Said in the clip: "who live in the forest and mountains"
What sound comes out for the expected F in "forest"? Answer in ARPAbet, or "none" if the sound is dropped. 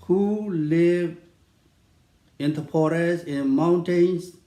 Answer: P